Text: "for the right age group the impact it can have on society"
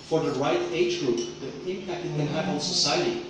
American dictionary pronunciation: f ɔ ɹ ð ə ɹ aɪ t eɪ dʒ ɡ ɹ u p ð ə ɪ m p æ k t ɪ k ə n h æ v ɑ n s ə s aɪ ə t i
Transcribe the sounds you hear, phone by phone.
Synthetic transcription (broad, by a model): f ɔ ɹ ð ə ɹ aɪ t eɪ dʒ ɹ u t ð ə ɪ m p æ k t ɪ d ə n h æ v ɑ l s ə s aɪ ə t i